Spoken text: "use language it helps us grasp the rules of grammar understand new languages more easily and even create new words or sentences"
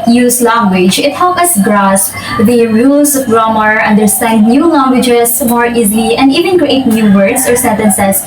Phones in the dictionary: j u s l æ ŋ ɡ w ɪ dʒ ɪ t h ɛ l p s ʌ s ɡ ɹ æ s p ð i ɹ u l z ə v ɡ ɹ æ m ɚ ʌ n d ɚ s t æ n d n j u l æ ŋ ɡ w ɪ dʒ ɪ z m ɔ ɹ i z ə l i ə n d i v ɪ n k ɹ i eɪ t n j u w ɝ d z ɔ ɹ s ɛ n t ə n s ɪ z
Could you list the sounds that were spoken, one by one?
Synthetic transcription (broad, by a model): j u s l æ ŋ ɡ w ɪ dʒ ɪ t h ɛ l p ʌ s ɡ ɹ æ s p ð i ɹ u l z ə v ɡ ɹ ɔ m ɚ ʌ n d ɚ s t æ n d n j u l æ ŋ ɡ w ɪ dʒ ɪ s m ɔ ɹ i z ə l i ə n d i v ɪ n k ɹ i eɪ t n j u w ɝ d s ɔ ɹ s ɛ n t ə n s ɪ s